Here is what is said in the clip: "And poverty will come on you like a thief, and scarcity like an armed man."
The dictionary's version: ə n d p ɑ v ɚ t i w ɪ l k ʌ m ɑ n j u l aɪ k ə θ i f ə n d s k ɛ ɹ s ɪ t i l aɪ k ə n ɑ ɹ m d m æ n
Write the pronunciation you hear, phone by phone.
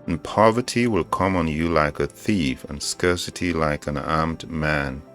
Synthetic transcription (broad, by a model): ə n p ɑ v ɚ t i w ɪ l k ʌ m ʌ n j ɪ l aɪ k ə θ i f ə n s k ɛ ɹ s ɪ t i l aɪ k ə n ɑ ɹ m d m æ n